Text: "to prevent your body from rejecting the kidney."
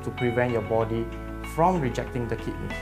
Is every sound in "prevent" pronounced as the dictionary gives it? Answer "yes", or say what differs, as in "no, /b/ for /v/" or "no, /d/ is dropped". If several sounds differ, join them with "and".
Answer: yes